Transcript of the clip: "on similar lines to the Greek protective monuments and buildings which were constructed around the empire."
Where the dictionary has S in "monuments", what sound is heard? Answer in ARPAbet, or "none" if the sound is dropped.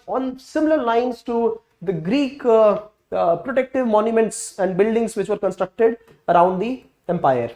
S